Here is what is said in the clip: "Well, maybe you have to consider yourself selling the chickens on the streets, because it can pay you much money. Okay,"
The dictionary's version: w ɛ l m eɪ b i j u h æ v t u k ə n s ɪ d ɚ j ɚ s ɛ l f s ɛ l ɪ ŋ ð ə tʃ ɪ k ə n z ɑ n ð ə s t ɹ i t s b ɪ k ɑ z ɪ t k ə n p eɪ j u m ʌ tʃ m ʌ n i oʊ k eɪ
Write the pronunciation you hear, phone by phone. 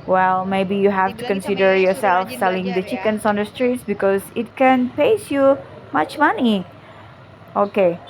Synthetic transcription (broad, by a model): w ɛ l m eɪ b i j u h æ f t u k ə n s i d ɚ j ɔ s ɛ l f s ɛ l ɪ ŋ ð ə tʃ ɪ k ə n s ɑ n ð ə s t ɹ i t s b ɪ k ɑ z ɪ t k ə n p eɪ j u m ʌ tʃ m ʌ n i oʊ k eɪ